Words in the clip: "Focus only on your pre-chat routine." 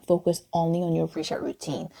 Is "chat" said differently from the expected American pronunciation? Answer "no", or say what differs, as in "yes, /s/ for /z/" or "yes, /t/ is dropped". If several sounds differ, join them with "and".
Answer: yes, /ʃ/ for /tʃ/